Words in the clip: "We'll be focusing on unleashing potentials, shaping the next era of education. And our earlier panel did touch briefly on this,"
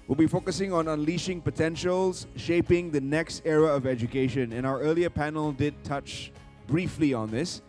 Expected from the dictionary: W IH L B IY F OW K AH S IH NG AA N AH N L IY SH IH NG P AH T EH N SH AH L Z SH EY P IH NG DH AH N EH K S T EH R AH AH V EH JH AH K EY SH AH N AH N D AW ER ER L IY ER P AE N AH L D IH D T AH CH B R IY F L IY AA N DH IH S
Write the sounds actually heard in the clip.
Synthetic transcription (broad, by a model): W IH L B IY F OW K AH S IH NG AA N AH N L IY SH IH NG P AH T EH N SH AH L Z SH EY P IH NG DH AH N EH K S T EH R AH AH V EH JH AH K EY SH AH N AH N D AW ER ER L IY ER P AE N AH L D IH D T AH CH B R IY F L IY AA N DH IH S